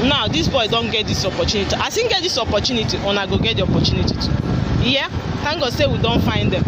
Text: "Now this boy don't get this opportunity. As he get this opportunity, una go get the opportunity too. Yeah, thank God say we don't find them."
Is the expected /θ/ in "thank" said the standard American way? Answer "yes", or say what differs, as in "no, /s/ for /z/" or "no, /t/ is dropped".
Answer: no, /t/ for /θ/